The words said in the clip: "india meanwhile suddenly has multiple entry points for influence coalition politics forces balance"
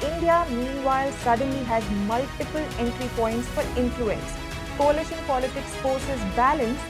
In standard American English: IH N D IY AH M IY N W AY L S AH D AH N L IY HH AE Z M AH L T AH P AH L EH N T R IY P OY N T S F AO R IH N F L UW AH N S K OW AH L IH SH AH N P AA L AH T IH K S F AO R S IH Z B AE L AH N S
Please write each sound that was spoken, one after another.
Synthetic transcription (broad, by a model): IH N D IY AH M IY N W AY L S AH D AH N L IY HH AE Z M AH L T AH P AH L EH N T R IY P OY N T S F AO R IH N F L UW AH N S K OW AH L IH SH AH N P AA L AH T IH K S F AO R S IH Z B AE L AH N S